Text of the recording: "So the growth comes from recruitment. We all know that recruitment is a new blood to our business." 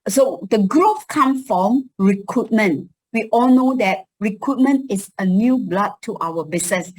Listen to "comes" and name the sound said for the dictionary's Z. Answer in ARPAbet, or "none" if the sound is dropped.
none